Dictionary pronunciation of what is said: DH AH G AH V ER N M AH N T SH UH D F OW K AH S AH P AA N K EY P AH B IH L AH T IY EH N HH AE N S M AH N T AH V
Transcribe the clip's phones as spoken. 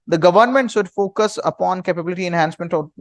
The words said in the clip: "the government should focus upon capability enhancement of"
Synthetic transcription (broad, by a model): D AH G AH V ER N M AH N T S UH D F OW K AH S AH P AA N K EY P AH B IH L AH T IY EH N HH AE N S M AH N T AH